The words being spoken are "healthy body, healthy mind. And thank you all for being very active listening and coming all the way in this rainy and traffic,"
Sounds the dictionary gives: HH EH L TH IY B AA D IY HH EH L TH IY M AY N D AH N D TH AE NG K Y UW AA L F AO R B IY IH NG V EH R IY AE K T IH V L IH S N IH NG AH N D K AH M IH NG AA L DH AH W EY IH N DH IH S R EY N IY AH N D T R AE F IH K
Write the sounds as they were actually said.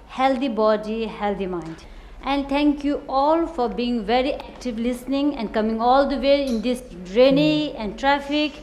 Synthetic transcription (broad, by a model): HH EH L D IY B AA D IY HH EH L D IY M AY N D AH N D T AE NG K Y UW AA L F AO R B IY IH NG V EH R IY AE K T IH V L IH S N IH NG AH N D K AH M IH NG AA L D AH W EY IH N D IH S R EY N IY AH N D T R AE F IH K